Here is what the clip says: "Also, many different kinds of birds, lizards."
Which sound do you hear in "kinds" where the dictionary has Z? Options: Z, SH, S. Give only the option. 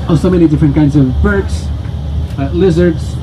Z